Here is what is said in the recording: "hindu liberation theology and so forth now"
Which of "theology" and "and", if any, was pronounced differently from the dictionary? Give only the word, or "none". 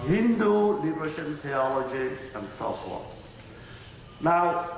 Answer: theology